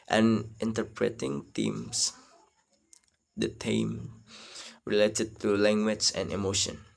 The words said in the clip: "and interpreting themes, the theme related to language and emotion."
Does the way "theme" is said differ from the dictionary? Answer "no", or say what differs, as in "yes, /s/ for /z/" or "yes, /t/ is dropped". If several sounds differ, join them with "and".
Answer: yes, /t/ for /θ/